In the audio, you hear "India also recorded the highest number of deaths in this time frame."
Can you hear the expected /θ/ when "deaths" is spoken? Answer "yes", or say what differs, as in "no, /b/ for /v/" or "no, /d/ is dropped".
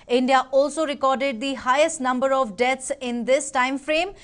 no, /t/ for /θ/